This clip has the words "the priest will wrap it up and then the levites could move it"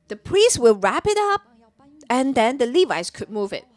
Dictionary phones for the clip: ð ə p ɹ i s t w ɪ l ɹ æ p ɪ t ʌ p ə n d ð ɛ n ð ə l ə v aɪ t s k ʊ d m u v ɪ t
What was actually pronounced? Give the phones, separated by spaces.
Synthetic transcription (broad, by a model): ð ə p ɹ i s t w ɪ l ɹ æ p ɪ t ʌ p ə n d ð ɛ n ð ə l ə v aɪ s k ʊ d m u v ɪ t